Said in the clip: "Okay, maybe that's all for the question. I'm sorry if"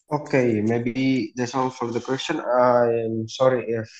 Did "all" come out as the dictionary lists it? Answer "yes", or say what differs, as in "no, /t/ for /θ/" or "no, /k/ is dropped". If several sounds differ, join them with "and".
no, /n/ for /l/